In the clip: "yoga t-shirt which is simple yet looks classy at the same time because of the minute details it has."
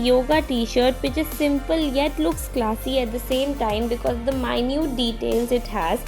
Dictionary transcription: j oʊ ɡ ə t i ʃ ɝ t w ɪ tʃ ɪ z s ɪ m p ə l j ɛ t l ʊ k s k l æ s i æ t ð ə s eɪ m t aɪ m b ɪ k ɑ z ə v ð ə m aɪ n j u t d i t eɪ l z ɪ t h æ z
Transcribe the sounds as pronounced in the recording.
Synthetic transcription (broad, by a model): j oʊ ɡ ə t i ʃ ɝ t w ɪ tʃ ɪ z s ɪ m p ə l j ɛ t l ʊ k s k l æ s i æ t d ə s eɪ m t aɪ m b ɪ k ɑ z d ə m aɪ n j u t d i t eɪ l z ɪ t h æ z